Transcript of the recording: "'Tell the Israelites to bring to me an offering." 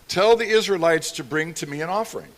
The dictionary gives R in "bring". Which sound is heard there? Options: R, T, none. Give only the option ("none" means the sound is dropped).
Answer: R